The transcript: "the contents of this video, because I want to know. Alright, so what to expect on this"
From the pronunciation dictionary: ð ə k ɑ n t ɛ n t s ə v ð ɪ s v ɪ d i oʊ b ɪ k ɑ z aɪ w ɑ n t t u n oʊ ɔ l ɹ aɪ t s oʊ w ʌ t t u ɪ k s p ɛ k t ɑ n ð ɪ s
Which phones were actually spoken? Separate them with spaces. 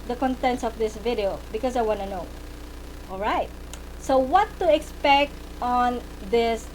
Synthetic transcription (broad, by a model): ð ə k ɑ n t ɛ n t s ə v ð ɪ s v ɪ d i oʊ b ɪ k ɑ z aɪ w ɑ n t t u n oʊ ɔ l ɹ aɪ t s oʊ w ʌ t t u ɪ k s p ɛ k t ɑ n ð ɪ s